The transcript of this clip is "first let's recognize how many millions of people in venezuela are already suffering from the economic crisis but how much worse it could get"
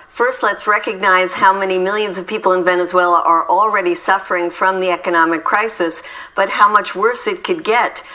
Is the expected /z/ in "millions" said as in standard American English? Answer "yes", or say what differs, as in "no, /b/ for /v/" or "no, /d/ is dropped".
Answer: yes